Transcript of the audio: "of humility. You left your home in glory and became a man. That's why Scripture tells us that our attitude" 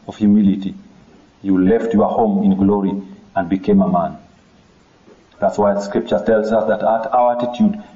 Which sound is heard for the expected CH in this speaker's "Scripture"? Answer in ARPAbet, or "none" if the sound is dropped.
CH